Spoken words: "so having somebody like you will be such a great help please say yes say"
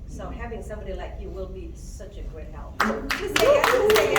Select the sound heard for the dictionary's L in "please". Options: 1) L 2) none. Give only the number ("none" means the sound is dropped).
2